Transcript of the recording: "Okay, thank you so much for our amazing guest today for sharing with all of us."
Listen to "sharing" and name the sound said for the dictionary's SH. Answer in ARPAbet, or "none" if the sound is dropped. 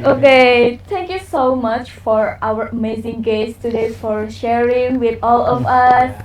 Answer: SH